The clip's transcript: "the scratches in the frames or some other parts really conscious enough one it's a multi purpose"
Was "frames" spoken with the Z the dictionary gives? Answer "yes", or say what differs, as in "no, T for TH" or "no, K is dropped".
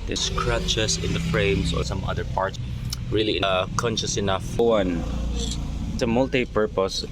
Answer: no, S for Z